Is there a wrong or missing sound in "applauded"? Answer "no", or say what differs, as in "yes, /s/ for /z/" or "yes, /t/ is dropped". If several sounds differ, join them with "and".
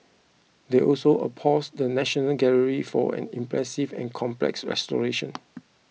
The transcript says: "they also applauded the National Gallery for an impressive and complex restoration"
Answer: yes, /l/ is dropped